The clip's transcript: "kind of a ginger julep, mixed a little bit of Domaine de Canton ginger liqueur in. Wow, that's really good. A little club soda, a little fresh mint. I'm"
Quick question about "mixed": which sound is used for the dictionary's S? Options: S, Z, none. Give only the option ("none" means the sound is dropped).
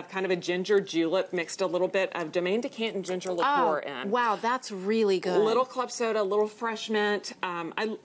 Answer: S